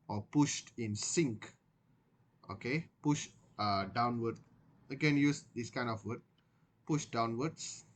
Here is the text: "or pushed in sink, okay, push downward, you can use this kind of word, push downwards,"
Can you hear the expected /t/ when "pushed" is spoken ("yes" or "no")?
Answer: yes